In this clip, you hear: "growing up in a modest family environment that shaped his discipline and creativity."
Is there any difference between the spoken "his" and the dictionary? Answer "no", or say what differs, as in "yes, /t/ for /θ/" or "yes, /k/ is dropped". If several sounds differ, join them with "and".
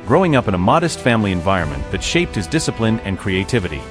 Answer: no